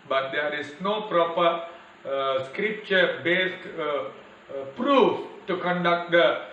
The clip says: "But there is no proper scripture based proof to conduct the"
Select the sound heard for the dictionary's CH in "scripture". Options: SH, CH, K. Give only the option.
CH